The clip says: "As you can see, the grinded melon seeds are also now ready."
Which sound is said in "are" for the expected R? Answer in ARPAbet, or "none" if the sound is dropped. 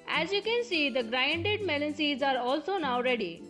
R